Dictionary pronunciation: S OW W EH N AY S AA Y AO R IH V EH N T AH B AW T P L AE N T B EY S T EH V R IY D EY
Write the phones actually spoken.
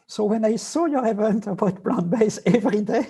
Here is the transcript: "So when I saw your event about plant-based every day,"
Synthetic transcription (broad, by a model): S OW W EH N AY S AA Y AO R IH V EH N T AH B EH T B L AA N B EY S EH V R IY D EY